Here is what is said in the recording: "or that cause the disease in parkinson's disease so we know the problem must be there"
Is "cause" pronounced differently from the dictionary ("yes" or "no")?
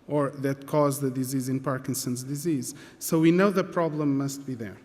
no